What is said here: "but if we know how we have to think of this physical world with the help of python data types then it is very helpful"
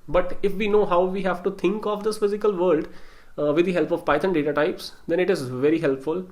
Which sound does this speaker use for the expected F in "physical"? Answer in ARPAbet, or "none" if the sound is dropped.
F